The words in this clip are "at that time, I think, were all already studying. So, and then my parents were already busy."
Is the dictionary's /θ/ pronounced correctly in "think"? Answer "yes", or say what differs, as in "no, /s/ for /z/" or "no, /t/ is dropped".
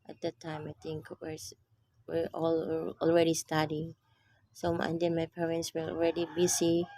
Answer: no, /t/ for /θ/